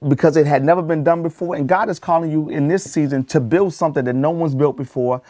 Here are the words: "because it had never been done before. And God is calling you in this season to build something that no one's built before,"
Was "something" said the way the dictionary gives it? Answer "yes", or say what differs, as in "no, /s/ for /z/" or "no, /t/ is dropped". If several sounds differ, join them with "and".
yes